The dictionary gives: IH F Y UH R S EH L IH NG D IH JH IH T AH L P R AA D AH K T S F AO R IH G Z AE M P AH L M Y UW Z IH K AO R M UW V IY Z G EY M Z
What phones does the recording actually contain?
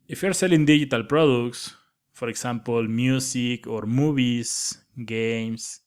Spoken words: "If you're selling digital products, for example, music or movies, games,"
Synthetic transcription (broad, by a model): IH F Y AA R S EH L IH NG D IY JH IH T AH L P R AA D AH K T S F AO R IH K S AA M P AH L M Y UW S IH K AO R M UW B IY S G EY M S